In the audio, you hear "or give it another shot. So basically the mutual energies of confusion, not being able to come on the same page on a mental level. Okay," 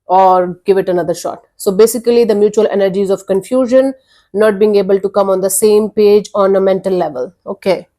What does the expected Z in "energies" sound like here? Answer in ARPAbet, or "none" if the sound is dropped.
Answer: Z